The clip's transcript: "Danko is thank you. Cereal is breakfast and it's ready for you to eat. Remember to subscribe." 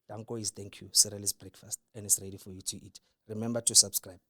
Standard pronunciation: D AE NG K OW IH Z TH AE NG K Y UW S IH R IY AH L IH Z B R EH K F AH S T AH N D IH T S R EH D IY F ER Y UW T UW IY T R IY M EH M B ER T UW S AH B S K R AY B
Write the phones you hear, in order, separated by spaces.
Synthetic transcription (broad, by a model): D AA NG K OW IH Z T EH NG K Y UW S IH R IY L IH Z B R EH K F AH S T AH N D IH T S R EH D IY F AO Y UW T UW IY T R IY M EH M B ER T UW S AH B S K R AY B